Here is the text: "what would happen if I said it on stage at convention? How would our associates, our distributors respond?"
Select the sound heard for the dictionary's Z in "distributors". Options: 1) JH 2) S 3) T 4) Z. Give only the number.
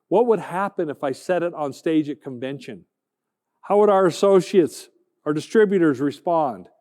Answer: 4